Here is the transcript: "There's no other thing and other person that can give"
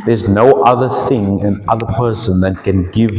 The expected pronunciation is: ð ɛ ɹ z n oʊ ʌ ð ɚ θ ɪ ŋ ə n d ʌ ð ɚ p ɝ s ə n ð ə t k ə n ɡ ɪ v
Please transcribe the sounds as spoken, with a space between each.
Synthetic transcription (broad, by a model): ð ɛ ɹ z n oʊ ʌ ð ɚ θ ɪ ŋ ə n ʌ ð ɚ p ɝ s ə n ð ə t k ə n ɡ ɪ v